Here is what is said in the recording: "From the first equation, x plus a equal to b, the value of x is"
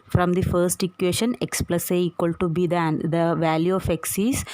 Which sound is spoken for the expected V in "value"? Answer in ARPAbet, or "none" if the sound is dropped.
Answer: V